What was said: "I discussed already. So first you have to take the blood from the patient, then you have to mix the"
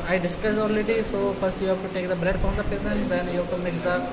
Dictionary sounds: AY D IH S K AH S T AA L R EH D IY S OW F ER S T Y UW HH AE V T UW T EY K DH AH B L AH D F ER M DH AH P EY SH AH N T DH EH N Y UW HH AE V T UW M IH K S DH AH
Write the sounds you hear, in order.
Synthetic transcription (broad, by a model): AY D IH S K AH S AA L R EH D IY S OW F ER S T Y UW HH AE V T UW T EY K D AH B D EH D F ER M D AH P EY S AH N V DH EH N Y UW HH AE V T UW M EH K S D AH